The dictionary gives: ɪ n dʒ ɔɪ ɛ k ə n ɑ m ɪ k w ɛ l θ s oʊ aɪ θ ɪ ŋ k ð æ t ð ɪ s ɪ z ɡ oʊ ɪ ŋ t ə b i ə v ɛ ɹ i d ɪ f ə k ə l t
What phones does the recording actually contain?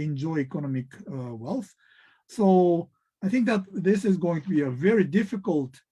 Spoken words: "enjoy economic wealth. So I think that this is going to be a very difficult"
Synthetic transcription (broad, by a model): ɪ n dʒ ɔɪ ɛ k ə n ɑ m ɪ k w ɛ l θ s oʊ aɪ θ ɪ ŋ k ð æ t ð ɪ s ɪ z ɡ oʊ ɪ ŋ t ə b i ə v ɛ ɹ i d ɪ f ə k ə l t